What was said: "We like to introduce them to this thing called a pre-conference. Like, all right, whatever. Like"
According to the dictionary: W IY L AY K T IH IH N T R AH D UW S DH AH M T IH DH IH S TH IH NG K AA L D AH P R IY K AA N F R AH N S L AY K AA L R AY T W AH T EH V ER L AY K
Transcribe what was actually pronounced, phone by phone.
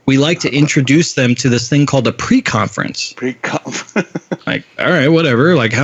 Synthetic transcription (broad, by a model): W IY L AY K T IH IH N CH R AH D UW S DH AH M T IH DH IH S TH IH NG K AA L D AH P R IY K AA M F R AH N S L AY K AA L R AY T W AH T EH V ER L AY K